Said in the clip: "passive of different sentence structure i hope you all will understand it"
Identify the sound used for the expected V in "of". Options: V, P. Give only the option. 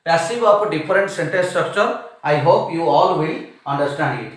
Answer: P